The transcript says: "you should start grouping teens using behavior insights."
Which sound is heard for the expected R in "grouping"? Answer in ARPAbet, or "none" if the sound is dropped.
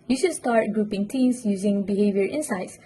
R